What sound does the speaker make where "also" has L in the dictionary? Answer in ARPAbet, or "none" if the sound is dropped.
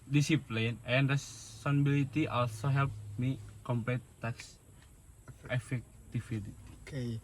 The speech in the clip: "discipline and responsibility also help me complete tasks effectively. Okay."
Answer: L